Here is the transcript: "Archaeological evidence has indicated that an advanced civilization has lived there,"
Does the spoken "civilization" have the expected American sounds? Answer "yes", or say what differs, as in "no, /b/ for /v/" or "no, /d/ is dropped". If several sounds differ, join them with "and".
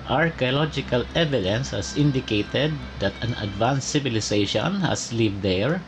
no, /s/ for /z/